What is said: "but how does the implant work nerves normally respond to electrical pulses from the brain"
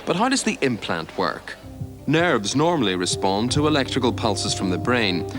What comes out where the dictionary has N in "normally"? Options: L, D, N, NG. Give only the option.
N